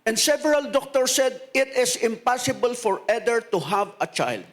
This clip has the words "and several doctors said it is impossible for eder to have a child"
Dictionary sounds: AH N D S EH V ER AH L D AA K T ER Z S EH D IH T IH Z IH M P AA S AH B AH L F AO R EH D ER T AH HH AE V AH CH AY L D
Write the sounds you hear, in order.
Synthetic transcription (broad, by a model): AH N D S EH V ER AH L D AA K T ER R S EH D IH T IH S IH M P AA S AH B AH L F AO R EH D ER T AH HH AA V AH CH AY L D